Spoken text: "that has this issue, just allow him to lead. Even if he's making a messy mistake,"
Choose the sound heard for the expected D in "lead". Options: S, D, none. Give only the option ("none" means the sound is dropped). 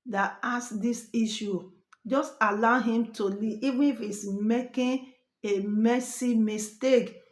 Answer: none